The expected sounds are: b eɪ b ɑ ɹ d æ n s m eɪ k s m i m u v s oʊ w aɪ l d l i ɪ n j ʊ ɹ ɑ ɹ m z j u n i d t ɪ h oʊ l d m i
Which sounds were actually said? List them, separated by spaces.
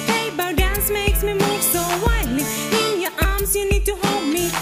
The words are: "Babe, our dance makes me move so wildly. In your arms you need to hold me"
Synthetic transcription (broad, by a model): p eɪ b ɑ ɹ d æ n s m eɪ k s m i m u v s oʊ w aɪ d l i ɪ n j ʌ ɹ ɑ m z j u n i d t ɪ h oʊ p m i